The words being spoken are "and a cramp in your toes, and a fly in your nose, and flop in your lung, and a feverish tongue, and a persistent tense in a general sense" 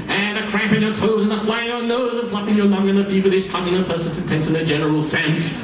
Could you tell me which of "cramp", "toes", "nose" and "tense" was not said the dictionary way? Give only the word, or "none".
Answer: none